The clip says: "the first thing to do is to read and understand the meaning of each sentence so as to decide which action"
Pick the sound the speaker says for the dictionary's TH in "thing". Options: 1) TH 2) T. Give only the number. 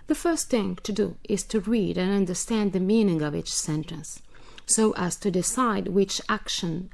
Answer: 1